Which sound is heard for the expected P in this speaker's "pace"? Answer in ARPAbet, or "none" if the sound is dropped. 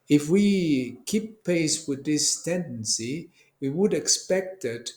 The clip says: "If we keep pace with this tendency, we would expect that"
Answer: P